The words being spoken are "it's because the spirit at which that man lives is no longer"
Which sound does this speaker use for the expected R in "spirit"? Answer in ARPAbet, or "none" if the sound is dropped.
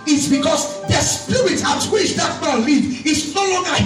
none